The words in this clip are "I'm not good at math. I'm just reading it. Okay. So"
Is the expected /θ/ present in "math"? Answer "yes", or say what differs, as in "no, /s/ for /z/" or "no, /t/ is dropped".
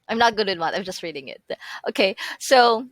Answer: no, /t/ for /θ/